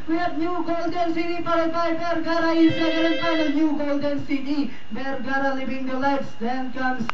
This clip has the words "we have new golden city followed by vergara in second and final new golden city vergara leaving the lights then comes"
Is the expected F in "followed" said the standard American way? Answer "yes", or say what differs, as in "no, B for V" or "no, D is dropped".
no, P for F